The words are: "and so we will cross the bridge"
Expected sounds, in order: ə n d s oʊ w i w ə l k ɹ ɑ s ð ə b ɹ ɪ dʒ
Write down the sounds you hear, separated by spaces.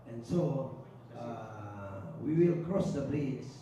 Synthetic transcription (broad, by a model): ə n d s oʊ w i w ə l k ɹ ɑ s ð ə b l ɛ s